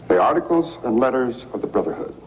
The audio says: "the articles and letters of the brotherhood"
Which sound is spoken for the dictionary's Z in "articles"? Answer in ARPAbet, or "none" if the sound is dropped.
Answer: Z